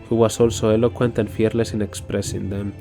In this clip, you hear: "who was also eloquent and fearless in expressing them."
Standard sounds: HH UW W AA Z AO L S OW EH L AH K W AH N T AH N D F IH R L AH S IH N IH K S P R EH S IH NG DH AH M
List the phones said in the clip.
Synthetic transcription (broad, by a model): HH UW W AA S AO L S OW EH L AH K W AH N T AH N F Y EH R L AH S IH N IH K S P R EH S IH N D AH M